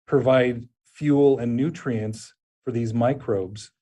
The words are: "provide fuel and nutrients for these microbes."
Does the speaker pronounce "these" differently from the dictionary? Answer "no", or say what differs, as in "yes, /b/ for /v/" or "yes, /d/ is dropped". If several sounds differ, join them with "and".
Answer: no